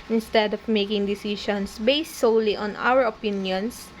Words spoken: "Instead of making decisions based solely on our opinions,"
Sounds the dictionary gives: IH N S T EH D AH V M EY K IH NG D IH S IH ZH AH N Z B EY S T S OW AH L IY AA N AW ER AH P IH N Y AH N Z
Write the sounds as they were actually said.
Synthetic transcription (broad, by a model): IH N S T EH D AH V M EY K IH NG D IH S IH SH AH N S B EY S T S OW L IY AA N AW ER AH P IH N Y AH N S